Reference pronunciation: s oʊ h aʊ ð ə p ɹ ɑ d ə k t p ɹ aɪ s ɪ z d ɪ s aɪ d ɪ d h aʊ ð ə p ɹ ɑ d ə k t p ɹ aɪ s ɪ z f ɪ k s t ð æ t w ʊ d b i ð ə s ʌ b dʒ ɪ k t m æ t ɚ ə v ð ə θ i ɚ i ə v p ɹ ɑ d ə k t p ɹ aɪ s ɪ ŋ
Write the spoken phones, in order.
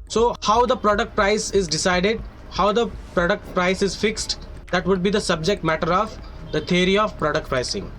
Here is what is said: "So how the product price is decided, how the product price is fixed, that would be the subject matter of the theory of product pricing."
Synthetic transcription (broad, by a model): s oʊ h aʊ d ə p ɹ ɑ d ə k t p ɹ aɪ s ɪ z d ɪ s aɪ d ɪ d h aʊ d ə p ɹ ɑ d ə k t p ɹ aɪ s ɪ z f ɪ k s t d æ t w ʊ d b i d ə s ʌ b dʒ ɪ k t m æ t ɚ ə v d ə t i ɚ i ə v p ɹ ɑ d ə k t p ɹ aɪ s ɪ ŋ